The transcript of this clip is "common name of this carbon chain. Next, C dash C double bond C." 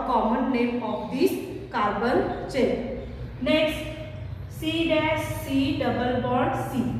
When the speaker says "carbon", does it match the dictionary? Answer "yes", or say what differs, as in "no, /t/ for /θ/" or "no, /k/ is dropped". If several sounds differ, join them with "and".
no, /l/ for /n/